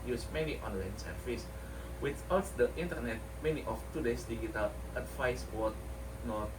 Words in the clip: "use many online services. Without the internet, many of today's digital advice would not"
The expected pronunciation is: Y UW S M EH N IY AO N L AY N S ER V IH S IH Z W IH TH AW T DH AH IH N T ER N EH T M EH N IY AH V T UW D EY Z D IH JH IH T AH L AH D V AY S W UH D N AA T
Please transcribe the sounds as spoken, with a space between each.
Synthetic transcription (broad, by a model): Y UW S M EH N IY AO N L AY N S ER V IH S W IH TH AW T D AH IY N T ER N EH T M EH N IY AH F T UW D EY S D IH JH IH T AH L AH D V AY S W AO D N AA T